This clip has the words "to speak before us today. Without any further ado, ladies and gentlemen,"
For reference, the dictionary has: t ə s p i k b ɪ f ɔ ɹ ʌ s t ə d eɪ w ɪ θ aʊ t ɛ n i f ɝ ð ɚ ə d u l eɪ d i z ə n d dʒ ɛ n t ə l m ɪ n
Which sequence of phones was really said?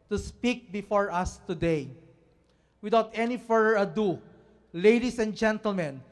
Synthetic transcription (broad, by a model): t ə s p i k b ɪ f ɔ ɹ ʌ s t ə d eɪ w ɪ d aʊ t ɛ n i f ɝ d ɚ ə d u l eɪ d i s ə n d dʒ ɛ n t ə l m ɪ n